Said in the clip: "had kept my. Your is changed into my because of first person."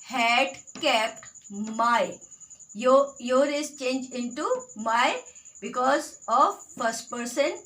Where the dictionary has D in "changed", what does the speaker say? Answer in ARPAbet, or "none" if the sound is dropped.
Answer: none